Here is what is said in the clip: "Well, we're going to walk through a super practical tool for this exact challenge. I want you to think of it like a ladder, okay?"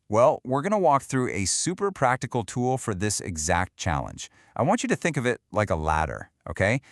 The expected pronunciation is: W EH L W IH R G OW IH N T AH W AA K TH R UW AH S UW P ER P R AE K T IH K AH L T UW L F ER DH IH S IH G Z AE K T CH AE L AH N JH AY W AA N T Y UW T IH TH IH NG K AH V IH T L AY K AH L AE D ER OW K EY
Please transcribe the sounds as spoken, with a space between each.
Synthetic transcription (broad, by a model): W EH L W IH R G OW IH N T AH W AA K TH R UW AH S UW P ER P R AE K T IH K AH L T UW L F ER DH IH S IH G Z AE K T CH AE L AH N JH AY W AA N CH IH T IH TH IH NG K AH V IH T L AY K AH L AE D ER OW K EY